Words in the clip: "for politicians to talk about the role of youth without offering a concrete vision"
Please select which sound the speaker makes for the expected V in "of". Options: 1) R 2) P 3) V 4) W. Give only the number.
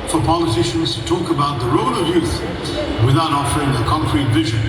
3